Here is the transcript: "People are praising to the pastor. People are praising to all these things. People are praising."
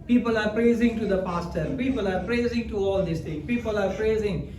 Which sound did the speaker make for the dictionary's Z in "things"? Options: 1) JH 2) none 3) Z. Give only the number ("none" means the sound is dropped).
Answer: 2